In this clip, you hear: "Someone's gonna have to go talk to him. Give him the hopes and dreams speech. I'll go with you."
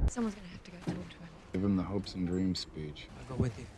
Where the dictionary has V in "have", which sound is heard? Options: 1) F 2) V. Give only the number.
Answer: 1